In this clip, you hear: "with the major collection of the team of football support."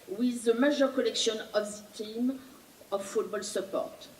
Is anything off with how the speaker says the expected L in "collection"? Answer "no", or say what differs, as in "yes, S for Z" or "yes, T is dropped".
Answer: no